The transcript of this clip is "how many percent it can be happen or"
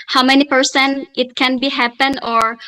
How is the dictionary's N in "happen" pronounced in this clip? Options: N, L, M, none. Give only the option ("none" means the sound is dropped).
N